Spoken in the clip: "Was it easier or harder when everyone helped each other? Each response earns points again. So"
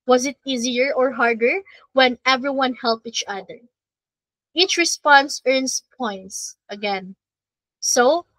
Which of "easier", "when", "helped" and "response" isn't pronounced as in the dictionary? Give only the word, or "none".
helped